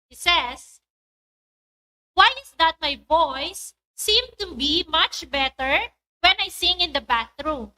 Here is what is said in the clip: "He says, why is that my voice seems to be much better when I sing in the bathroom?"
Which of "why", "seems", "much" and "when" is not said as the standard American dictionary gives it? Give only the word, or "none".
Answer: seems